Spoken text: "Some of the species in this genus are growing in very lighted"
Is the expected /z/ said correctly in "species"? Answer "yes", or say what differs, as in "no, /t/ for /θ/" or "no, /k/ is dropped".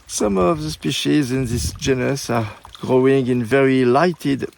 yes